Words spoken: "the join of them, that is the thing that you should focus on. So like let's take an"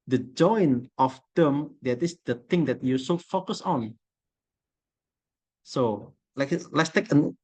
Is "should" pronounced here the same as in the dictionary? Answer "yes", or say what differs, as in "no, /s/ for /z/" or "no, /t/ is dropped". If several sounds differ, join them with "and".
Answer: no, /s/ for /ʃ/